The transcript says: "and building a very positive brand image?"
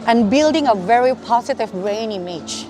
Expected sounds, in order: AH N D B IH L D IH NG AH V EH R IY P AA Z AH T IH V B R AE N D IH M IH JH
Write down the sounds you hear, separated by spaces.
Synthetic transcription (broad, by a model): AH N B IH L D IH NG AH V EH R IY P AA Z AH T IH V R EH N IH M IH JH